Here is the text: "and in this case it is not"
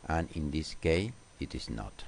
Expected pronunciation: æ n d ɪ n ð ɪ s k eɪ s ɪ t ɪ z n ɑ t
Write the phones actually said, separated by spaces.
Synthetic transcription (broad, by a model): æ n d ɪ n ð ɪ s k eɪ ɪ t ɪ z n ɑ t